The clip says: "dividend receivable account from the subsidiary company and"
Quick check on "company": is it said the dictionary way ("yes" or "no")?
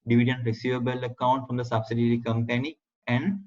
yes